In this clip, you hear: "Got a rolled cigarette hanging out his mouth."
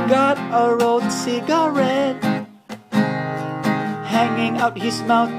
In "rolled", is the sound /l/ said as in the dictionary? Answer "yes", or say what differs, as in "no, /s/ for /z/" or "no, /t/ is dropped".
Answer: no, /l/ is dropped